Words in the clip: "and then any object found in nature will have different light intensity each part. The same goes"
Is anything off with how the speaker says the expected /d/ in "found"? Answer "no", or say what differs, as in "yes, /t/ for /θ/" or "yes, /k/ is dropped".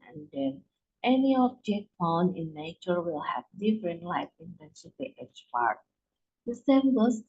yes, /d/ is dropped